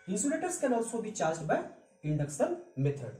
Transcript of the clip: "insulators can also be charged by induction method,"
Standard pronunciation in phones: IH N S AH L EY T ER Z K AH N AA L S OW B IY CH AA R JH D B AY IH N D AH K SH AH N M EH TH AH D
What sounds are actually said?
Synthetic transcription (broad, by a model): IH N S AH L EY T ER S K AH N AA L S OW B IY CH AA R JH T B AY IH N D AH K S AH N M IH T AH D